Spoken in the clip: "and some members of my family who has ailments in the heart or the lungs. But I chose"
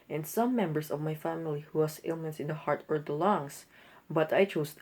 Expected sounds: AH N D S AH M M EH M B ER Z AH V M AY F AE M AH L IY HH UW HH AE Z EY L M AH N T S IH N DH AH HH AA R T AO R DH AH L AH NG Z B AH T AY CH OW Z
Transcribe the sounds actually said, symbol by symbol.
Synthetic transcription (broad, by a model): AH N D S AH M M EH M B ER S AH V M AY F AE M AH L IY HH UW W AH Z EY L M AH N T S IH N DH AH HH AA R T AO R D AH L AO NG S B AH T AY CH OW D